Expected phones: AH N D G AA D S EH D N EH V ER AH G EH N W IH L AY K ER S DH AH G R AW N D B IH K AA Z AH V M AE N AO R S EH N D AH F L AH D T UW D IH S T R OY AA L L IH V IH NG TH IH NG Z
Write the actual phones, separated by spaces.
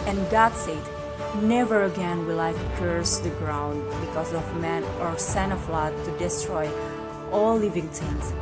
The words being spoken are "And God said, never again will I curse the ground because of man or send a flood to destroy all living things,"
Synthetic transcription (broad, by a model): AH N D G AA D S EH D N EH V ER AH G EH N W IH L AY K ER S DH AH G R AW N D B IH K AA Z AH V M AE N AO R S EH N AH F L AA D T UW D IH S T R OY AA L L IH V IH NG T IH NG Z